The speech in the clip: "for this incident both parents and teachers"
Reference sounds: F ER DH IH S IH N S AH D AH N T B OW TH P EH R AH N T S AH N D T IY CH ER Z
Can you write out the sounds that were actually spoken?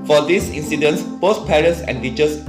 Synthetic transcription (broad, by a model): F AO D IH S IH N S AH D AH N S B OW S P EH R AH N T S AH N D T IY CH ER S